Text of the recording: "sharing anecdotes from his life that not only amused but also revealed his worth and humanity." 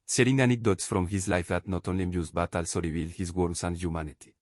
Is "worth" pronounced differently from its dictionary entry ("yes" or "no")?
yes